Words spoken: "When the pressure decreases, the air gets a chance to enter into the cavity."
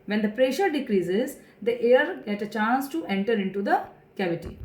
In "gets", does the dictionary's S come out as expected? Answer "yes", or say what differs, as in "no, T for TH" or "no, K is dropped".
no, S is dropped